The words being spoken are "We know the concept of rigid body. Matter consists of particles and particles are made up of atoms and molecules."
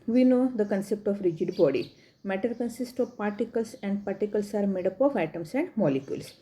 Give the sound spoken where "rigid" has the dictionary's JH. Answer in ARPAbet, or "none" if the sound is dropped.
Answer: JH